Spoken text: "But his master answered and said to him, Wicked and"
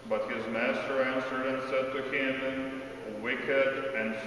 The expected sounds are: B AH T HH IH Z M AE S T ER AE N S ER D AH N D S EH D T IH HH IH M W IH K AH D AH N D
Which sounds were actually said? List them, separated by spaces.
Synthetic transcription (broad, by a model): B AH T HH IH Z M AE S T ER AE N S ER D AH N S EH D T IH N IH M W IH K AH D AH N